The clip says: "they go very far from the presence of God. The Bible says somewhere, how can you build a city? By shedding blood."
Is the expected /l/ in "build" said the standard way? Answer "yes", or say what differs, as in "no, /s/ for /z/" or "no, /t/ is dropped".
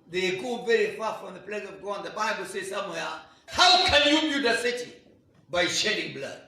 no, /l/ is dropped